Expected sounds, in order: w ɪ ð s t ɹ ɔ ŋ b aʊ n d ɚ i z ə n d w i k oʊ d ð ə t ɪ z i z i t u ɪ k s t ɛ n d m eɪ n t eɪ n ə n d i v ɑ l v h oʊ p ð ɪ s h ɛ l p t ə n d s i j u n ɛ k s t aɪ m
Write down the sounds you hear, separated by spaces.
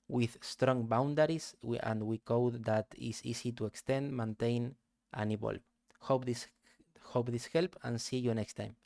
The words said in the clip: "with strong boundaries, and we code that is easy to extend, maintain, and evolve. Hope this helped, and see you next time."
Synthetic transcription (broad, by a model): w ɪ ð s t ɹ ɔ ŋ b aʊ n d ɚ i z ə n d w i k oʊ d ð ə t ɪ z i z i t u ɪ k s t ɛ n d m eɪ n t eɪ n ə n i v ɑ l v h oʊ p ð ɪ s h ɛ l p ə n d s i j u n ɛ k s t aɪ m